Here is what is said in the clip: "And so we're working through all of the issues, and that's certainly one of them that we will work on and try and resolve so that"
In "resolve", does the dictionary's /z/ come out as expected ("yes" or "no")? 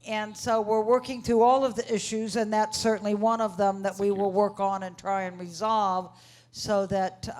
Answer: yes